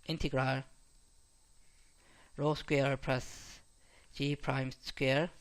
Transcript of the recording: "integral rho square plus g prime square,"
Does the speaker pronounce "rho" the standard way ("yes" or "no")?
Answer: yes